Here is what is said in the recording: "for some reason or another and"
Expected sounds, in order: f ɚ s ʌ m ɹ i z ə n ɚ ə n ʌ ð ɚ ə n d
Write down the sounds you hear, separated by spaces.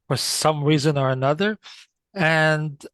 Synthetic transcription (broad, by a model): f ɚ s ʌ m ɹ i z ə n ɚ ə n ʌ ð ɚ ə n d